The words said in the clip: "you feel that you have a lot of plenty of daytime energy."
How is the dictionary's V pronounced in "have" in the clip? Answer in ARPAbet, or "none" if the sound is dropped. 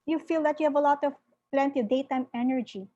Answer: V